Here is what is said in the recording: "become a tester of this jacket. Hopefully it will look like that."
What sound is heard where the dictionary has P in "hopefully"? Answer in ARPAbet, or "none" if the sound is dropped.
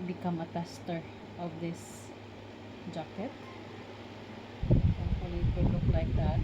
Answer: none